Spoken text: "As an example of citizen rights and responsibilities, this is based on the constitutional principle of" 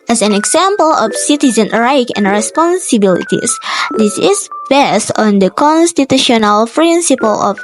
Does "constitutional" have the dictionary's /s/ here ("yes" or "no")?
yes